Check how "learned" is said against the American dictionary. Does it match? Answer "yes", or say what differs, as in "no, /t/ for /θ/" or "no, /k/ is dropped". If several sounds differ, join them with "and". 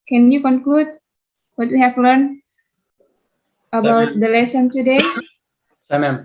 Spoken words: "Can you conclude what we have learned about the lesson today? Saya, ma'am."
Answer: no, /d/ is dropped